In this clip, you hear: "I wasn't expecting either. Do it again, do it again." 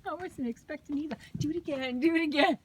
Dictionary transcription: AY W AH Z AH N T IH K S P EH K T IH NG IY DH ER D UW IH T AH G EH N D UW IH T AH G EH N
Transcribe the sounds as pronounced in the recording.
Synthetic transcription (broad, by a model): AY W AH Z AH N IH K S P EH K T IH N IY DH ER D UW IH T AH G EH N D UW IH T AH G EH N